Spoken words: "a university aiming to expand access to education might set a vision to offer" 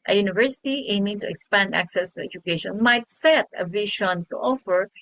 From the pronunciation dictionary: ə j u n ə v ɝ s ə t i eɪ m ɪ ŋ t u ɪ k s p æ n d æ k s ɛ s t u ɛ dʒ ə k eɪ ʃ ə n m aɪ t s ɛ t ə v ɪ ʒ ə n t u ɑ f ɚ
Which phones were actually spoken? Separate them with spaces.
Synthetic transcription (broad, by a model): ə j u n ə v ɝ s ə t i eɪ m ɪ ŋ t u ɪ k s p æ n d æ k s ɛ s t u ɛ dʒ ə k eɪ ʃ ə n m aɪ t s ɛ t ə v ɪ ʃ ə n t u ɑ f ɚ